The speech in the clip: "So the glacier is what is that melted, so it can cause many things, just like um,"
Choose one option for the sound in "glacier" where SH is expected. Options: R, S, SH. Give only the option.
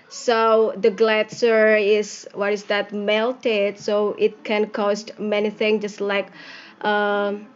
S